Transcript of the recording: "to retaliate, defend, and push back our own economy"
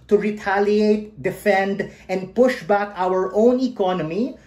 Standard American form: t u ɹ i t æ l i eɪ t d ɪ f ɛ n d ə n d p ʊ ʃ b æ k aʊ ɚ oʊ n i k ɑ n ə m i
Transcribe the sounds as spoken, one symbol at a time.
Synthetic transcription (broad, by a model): t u ɹ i t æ l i eɪ t d ɪ f ɛ n d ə n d p ʊ ʃ b æ k aʊ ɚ oʊ n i k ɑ n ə m i